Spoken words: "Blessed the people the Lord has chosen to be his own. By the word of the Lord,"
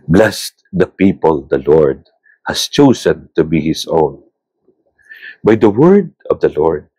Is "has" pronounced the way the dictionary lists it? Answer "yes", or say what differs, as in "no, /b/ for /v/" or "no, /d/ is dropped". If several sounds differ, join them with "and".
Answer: no, /s/ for /z/